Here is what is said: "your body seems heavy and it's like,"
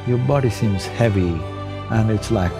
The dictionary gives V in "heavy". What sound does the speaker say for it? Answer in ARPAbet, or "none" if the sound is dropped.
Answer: V